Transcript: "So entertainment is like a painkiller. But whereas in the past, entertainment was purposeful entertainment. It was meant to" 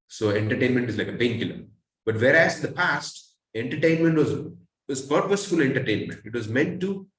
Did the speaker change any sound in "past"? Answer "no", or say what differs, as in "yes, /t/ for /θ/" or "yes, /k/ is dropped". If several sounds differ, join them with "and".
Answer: no